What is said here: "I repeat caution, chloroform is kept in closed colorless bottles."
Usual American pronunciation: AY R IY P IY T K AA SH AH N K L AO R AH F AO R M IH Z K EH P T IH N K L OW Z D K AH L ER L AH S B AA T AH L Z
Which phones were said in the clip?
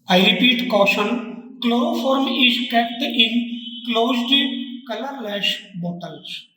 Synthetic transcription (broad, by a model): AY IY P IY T K AA SH AH N K L AO R AH F AO R M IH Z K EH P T IH N K L OW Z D K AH L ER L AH SH B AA T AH L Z